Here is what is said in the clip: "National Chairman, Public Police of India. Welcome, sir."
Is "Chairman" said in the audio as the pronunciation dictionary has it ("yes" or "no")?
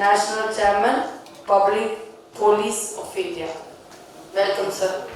yes